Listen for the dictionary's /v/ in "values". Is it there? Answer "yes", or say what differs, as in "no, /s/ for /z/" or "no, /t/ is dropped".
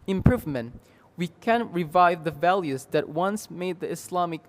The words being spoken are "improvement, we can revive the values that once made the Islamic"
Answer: yes